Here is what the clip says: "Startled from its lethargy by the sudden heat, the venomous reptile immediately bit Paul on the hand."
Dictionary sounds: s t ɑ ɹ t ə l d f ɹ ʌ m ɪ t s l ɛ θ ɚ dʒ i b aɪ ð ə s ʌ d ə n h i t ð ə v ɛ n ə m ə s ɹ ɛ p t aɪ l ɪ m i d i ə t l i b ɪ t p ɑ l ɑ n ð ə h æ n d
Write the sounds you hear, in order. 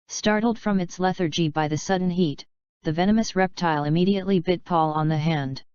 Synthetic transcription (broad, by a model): s t ɑ ɹ t l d f ɹ ʌ m ɪ t s l ɛ θ ɚ dʒ i b aɪ ð ə s ʌ d n h i t ð ə v ɛ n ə m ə s ɹ ɛ p t aɪ l ɪ m i d i ə t l i b ɪ t p ɑ l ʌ n ð ə h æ n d